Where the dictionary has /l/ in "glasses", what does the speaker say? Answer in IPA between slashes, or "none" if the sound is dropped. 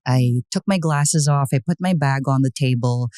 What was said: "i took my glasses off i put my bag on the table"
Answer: /l/